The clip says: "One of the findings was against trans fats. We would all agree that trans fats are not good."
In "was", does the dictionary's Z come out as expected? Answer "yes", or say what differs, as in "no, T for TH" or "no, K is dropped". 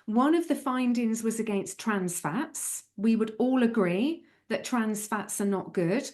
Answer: yes